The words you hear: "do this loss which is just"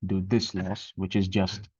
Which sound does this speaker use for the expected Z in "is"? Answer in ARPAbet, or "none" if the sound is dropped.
Z